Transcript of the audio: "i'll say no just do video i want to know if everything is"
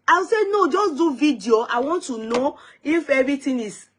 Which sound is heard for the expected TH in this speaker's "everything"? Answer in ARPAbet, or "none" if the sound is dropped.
T